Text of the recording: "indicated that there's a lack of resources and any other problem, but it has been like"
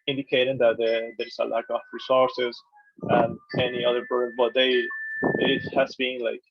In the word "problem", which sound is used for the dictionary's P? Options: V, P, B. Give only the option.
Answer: B